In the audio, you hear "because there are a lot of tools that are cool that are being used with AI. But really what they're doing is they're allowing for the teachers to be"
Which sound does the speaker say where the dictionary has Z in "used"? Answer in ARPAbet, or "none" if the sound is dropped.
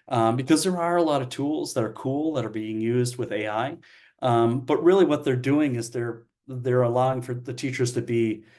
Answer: Z